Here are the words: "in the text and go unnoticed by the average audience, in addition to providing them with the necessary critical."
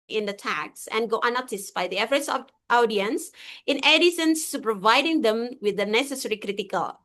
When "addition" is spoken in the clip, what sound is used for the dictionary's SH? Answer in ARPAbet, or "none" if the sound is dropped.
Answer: S